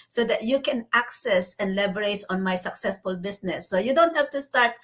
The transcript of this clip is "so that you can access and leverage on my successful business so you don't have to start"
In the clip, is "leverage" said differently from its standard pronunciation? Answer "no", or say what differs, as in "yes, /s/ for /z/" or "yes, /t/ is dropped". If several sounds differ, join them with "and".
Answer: yes, /b/ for /v/